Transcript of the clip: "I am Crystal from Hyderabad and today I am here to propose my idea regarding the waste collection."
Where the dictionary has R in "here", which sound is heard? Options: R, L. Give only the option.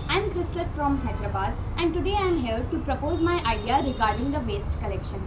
L